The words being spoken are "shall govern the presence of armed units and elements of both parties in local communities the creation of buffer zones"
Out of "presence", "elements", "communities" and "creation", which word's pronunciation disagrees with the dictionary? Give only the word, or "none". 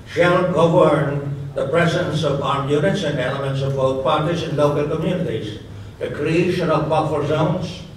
none